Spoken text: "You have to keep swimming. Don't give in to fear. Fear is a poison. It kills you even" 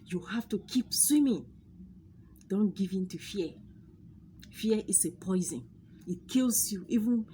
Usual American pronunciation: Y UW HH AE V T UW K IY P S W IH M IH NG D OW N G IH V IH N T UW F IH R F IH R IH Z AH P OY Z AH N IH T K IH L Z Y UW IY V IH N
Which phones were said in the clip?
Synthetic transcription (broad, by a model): Y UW HH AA F T UW K IY P S W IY M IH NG D OW N G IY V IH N T UW F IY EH F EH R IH S AH P OY Z AH N IH T K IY L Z Y UW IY V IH N